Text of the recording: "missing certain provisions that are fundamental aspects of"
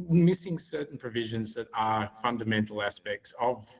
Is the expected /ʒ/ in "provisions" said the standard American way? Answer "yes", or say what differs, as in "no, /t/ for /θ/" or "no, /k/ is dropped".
yes